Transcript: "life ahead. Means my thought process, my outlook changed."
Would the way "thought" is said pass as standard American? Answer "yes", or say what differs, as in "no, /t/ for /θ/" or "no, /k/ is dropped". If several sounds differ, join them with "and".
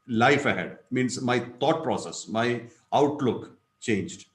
no, /t/ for /θ/